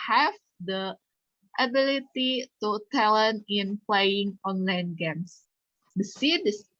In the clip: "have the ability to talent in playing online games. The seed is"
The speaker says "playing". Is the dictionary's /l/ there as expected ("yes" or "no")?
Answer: yes